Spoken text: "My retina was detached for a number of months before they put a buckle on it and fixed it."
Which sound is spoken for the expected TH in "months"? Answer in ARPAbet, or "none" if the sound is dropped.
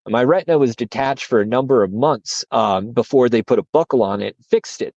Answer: TH